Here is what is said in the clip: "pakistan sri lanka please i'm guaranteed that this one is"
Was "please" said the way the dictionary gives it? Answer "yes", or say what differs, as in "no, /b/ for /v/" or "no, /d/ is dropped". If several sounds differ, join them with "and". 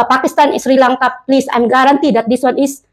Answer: no, /s/ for /z/